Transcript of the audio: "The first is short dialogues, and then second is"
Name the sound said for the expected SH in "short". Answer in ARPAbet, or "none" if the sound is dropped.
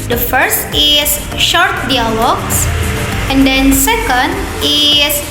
SH